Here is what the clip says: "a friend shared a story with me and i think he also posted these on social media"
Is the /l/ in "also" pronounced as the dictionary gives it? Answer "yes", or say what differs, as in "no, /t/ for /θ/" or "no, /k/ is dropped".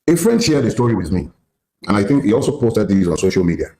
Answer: yes